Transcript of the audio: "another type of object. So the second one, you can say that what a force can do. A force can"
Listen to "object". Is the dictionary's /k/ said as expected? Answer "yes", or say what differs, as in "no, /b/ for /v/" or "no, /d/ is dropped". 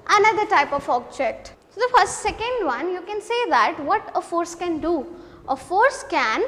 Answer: no, /k/ is dropped